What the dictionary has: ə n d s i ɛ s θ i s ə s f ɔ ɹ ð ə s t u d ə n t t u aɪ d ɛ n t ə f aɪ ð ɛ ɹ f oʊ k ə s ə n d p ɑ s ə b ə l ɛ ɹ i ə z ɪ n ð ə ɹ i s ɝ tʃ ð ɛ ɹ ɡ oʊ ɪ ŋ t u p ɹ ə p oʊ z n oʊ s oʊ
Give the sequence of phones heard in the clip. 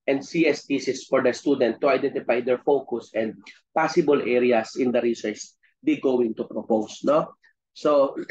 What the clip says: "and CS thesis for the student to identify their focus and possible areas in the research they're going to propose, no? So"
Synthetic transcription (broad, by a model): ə n d s i ɛ s t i s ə s f ɔ ɹ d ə s t u d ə n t t u aɪ d ɛ n t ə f aɪ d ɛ ɹ f oʊ k ə s ə n d p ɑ s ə b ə l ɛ ɹ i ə s ɪ n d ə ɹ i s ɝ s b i ɡ oʊ ɪ ŋ t u p ɹ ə p oʊ s n oʊ s oʊ